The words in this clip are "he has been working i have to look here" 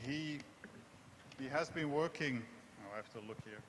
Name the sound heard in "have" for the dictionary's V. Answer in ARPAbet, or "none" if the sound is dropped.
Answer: F